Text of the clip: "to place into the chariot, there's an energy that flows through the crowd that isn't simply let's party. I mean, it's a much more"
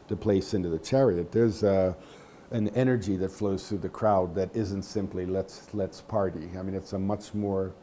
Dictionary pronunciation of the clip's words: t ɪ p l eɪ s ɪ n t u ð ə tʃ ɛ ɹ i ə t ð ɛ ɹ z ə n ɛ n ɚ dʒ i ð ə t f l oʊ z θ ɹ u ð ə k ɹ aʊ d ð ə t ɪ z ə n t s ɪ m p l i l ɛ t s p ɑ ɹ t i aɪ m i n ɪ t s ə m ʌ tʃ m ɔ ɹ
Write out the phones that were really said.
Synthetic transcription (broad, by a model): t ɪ p l eɪ s ɪ n t u ð ə tʃ ɛ ɹ i ə t ð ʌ ɹ z ə n ɛ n ɚ dʒ i ð ə t f l oʊ z θ ɹ u ð ə k ɹ aʊ d ð ə t ɪ z ə n t s ɪ m p l i l ɛ t s p ɑ ɹ t i aɪ m i n ɪ t s ə m ʌ tʃ m ɔ ɹ